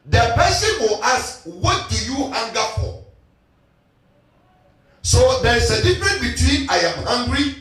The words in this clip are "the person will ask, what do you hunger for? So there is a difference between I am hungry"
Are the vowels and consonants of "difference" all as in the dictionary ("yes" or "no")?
no